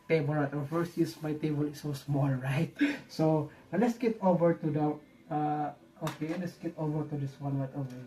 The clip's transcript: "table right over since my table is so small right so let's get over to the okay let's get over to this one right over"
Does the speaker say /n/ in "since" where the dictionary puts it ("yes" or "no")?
no